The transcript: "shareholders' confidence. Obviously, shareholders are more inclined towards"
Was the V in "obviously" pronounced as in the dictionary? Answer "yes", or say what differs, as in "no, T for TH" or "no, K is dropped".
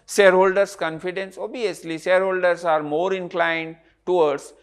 no, V is dropped